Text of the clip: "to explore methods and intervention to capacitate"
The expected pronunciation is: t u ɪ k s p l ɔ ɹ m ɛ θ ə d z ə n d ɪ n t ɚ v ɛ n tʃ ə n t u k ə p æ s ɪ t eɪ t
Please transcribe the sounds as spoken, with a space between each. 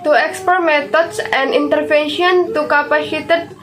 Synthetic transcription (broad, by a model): t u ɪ k s p ɔ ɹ m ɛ t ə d s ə n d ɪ n t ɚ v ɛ n ʃ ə n t u k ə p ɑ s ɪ t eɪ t